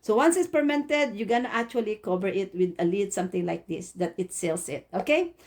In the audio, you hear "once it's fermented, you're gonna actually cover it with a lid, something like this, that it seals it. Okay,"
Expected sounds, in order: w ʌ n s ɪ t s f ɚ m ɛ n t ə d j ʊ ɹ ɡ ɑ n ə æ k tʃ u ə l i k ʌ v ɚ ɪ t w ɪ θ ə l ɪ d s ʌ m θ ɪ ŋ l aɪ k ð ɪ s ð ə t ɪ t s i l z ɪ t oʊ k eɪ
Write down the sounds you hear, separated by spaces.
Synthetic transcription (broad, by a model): w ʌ n s ɪ t s p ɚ m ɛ n t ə d j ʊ ɡ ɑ n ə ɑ k tʃ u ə l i k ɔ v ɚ ɪ t w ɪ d ə l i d s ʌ m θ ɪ ŋ l aɪ k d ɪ s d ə t ɪ t s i l s ɪ t oʊ k eɪ